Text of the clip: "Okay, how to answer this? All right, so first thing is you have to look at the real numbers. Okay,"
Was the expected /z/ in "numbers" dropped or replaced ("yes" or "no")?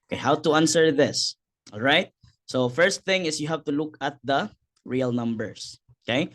yes